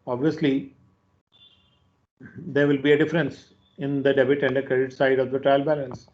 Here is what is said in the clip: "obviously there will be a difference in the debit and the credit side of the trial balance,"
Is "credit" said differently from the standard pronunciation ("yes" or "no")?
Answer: no